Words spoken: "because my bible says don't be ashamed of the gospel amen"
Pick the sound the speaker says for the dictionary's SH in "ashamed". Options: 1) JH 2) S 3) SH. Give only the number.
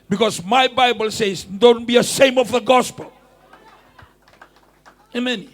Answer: 2